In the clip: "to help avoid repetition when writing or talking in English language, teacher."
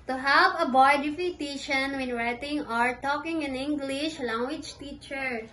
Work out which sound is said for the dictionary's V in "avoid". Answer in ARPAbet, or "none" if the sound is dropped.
B